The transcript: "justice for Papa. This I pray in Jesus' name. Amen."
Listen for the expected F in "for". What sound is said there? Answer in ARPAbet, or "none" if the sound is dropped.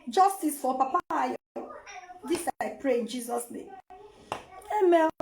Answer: P